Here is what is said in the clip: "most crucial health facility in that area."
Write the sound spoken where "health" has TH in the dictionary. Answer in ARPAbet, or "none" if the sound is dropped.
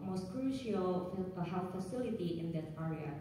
F